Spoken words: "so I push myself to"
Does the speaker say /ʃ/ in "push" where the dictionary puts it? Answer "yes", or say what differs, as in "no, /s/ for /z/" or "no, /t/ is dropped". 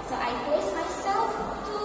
no, /s/ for /ʃ/